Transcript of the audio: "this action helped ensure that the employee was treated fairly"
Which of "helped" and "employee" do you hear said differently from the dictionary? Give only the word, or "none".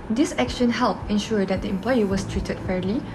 helped